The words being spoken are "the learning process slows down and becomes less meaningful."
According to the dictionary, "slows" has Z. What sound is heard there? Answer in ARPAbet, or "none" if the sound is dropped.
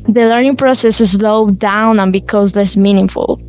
none